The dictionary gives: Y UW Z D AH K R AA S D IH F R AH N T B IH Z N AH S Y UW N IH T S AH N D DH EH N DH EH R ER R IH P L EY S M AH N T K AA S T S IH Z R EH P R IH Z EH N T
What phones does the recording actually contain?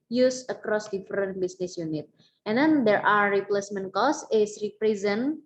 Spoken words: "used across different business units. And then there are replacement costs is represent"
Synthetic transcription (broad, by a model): Y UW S AH K R AA S D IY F R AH N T B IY S N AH S Y UW N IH T AH N D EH N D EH R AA R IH P L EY S M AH N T K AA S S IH S R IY P R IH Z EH N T